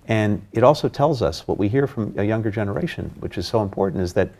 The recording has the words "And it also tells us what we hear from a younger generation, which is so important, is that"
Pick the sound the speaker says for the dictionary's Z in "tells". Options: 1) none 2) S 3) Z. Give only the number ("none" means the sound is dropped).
3